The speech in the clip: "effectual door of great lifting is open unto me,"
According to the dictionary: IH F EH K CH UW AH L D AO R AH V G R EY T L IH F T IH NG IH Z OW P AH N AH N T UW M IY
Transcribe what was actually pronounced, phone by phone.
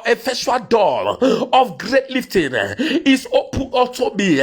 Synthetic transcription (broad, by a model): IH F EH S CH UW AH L D AO L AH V G R EY T L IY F T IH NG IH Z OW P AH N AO L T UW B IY